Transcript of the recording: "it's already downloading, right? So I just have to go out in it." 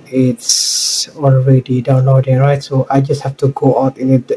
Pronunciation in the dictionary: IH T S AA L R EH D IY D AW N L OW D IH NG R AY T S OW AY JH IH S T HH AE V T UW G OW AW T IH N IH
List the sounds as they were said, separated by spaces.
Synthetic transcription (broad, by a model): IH T S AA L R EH D IY D AW N L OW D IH R AY T S OW AY JH IH S T HH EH F T UW G OW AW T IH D